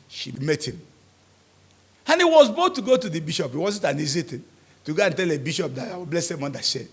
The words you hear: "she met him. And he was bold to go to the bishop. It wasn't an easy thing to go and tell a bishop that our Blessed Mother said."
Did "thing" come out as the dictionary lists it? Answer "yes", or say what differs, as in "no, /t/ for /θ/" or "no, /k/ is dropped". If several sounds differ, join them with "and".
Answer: no, /t/ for /θ/